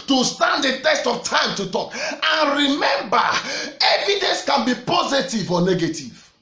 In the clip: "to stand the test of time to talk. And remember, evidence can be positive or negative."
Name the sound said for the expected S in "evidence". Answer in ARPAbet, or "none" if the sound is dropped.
S